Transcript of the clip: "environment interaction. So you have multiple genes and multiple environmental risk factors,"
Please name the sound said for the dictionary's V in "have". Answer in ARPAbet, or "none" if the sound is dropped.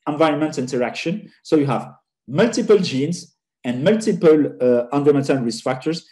V